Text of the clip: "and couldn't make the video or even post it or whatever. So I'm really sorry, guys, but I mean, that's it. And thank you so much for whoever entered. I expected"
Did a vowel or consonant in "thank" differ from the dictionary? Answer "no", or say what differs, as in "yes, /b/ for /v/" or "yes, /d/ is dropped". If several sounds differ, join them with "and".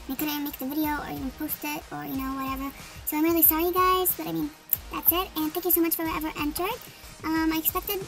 no